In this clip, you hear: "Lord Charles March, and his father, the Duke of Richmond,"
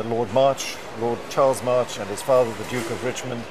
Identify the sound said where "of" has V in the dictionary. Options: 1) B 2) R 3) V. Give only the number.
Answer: 3